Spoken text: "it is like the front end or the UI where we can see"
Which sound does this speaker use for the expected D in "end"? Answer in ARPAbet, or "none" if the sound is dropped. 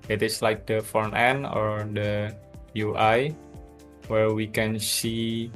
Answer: none